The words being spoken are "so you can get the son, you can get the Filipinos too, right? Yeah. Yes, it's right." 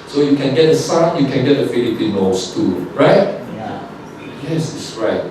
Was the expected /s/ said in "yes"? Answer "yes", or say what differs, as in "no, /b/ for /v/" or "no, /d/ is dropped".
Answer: yes